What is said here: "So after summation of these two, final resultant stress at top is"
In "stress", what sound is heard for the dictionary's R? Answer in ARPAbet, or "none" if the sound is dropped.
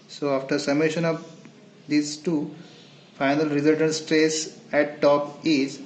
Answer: R